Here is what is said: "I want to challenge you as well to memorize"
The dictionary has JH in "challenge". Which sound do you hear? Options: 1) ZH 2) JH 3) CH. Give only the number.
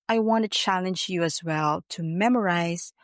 2